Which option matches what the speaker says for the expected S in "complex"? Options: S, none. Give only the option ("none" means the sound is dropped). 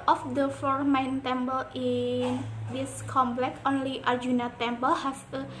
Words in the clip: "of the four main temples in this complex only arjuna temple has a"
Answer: none